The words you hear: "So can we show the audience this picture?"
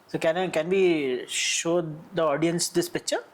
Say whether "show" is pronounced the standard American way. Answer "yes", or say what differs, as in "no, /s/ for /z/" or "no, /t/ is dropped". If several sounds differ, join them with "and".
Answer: yes